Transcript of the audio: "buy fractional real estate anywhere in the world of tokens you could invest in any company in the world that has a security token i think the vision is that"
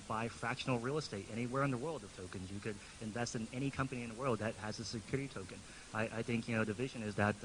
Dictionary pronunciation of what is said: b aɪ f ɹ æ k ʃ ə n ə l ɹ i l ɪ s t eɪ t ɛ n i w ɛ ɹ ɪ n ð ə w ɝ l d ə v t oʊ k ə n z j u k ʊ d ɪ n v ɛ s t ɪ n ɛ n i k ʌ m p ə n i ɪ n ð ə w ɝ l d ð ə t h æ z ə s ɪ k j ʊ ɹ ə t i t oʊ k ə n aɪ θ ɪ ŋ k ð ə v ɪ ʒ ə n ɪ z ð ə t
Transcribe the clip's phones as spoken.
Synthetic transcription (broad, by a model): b aɪ f ɹ æ k ʃ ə n l ɹ i l ɪ s t eɪ t ɛ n i w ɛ ɹ ɪ n ð ə w ɝ l d ə v t oʊ k ə n z j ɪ k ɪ d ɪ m v ɛ s t ɪ n ɛ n i k ʌ m p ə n i ɪ n ð ə w ɝ l d ð ə t h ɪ z ə s ɪ k j ʊ ɹ ə t i t oʊ k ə n aɪ θ ɪ ŋ k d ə v ɪ ʒ ə n ɪ z ð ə t